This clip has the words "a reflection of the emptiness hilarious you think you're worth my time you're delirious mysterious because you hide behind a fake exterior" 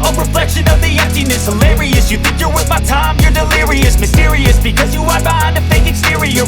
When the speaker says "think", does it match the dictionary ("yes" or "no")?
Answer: yes